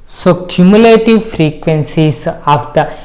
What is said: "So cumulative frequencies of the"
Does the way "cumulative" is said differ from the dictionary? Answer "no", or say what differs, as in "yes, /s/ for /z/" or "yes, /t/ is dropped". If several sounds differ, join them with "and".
no